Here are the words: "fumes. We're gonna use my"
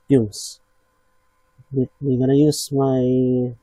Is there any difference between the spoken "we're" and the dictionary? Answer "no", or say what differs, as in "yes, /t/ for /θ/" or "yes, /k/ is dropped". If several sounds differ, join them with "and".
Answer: yes, /w/ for /ɹ/